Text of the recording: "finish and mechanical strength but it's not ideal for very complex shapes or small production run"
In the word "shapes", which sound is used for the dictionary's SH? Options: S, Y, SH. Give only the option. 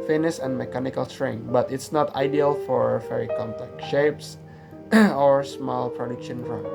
SH